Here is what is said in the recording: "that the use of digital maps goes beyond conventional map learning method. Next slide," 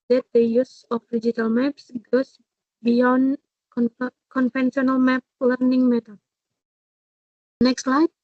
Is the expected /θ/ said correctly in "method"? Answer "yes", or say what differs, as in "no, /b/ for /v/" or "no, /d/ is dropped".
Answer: no, /t/ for /θ/